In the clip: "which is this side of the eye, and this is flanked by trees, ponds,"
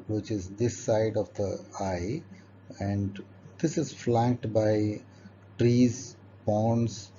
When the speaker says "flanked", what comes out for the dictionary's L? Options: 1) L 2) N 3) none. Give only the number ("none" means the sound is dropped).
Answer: 1